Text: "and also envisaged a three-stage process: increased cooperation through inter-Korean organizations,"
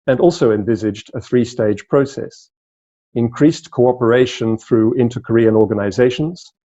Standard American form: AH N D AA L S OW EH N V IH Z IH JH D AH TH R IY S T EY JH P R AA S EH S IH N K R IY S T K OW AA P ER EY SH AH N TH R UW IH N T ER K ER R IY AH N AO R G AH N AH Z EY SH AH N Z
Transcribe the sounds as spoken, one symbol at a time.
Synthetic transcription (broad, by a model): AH N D AA L S OW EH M V IH Z IH JH D AH TH R IY S T EY JH P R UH S EH S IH N K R IY S K OW AA P ER EY SH AH N TH R UW IH N T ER K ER R IY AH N AO R G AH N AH Z EY SH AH N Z